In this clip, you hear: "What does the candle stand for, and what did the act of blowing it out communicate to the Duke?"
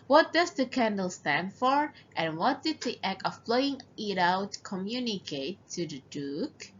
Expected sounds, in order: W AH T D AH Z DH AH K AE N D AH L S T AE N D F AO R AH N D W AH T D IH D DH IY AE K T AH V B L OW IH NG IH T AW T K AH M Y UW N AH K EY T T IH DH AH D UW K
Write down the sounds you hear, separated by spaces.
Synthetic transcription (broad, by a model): W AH T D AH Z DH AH K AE N D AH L S T AE N D F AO R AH N W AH T D IH D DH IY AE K AH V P L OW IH NG IH T AW T K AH M Y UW N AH K EY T T IH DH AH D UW K